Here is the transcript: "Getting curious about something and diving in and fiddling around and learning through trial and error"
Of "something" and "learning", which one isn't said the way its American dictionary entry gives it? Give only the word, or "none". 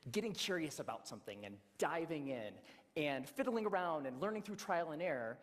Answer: none